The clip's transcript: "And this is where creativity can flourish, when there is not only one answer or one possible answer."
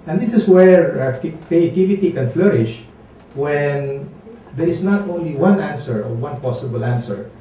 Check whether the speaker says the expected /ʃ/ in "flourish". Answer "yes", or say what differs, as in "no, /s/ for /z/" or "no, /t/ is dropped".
yes